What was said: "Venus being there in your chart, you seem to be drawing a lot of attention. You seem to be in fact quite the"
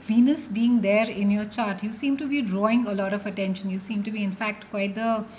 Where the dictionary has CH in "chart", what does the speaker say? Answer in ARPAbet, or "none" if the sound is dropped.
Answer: CH